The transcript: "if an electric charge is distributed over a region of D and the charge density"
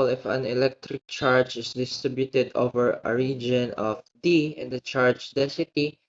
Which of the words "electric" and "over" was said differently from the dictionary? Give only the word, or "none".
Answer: none